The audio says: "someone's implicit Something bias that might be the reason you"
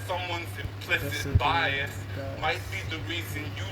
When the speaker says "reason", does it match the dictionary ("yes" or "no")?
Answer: yes